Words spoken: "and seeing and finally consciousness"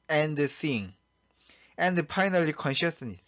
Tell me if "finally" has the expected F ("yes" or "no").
no